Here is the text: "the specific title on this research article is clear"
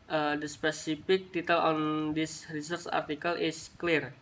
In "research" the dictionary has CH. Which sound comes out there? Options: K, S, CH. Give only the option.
S